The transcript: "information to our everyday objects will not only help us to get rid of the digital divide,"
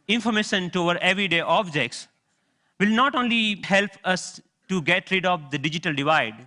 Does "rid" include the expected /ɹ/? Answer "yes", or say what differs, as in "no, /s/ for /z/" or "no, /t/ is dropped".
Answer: yes